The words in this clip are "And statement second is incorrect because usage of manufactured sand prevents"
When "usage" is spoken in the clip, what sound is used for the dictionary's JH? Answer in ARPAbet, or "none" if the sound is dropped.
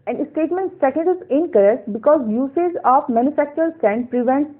Z